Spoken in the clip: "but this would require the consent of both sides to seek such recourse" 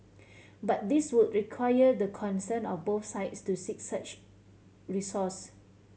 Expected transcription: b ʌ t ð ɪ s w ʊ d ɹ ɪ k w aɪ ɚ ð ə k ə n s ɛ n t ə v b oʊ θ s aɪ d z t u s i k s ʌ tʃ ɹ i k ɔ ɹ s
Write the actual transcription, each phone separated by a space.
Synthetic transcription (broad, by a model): b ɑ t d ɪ s w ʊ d ɹ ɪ k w aɪ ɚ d ə k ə n s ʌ n ə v b oʊ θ s aɪ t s t u s i k s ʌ tʃ ɹ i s ɔ s